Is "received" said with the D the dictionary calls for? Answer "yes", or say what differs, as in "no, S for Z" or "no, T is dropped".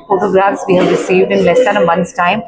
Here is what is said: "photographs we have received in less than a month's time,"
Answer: yes